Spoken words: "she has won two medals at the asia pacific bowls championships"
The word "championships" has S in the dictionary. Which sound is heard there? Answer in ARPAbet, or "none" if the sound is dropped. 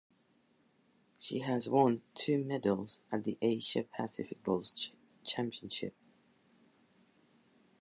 none